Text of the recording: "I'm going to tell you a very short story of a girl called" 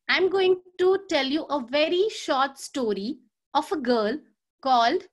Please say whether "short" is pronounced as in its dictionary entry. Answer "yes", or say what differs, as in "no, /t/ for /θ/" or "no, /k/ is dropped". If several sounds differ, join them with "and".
yes